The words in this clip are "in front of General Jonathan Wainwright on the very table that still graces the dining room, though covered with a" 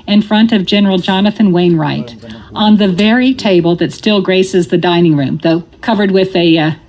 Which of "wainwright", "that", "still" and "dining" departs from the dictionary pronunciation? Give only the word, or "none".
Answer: none